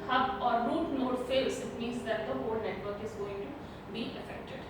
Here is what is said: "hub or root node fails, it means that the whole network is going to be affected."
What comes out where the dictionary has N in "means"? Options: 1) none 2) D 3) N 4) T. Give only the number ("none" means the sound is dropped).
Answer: 3